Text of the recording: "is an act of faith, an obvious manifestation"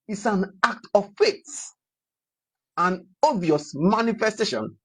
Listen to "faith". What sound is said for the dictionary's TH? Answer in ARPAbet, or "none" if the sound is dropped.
S